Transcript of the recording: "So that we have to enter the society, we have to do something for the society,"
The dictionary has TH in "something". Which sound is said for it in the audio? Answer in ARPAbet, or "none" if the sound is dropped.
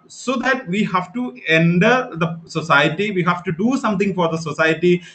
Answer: T